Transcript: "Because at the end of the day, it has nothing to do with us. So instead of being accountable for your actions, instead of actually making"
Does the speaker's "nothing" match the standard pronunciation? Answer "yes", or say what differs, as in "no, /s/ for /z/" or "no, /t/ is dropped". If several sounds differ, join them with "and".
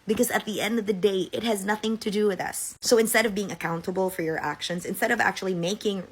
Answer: yes